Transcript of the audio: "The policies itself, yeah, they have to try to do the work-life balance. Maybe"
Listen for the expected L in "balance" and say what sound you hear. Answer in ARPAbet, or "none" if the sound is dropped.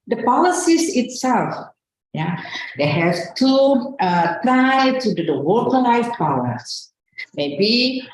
W